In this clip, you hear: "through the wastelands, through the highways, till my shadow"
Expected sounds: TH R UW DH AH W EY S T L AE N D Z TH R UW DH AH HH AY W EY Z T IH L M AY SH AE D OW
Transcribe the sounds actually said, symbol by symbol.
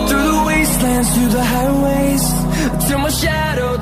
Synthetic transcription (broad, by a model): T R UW DH AH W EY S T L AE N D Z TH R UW DH AH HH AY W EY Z S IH W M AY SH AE D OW